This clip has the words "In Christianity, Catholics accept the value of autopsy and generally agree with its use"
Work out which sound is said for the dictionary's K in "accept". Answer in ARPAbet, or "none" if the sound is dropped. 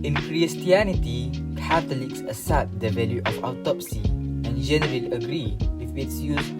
none